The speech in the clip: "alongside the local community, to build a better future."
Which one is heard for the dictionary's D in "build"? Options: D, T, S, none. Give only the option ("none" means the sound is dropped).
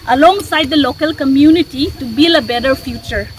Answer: none